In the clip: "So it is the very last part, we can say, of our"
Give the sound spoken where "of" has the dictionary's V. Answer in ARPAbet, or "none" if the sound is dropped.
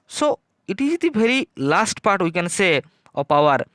P